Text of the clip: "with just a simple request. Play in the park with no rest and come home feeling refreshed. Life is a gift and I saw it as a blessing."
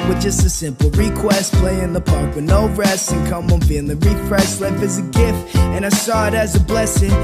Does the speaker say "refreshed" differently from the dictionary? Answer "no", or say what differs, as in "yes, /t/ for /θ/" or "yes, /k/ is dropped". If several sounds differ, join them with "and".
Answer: yes, /s/ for /ʃ/